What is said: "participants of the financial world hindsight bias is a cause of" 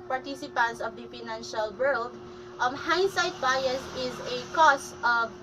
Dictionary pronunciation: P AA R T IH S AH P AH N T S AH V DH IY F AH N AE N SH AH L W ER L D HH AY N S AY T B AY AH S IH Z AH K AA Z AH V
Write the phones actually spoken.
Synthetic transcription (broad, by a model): P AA R T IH S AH P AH N T S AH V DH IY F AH N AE N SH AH L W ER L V HH AY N S AY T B AY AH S IH Z AH K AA S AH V